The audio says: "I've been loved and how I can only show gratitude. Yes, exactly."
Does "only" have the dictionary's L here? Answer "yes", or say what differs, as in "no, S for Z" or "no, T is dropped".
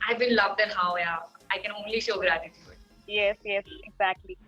yes